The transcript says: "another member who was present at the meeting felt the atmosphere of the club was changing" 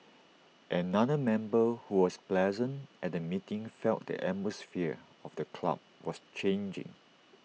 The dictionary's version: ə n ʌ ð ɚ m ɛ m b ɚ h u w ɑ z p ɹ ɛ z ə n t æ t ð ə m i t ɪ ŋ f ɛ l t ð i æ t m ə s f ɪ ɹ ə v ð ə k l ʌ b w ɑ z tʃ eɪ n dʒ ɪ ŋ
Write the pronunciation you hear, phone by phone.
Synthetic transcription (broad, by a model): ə n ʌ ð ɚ m ɛ m b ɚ h u w ɑ s p l ɛ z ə n t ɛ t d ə m i t ɪ ŋ f ɛ l t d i t m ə s f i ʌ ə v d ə k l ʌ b w ɑ s tʃ eɪ n dʒ ɪ ŋ